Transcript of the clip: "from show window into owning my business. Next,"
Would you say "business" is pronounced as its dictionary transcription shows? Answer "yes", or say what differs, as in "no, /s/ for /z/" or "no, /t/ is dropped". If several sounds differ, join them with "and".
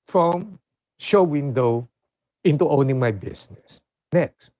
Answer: no, /s/ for /z/